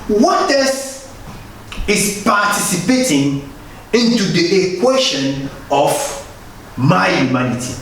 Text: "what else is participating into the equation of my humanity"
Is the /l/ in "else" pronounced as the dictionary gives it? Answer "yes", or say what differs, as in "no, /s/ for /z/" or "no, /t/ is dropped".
no, /l/ is dropped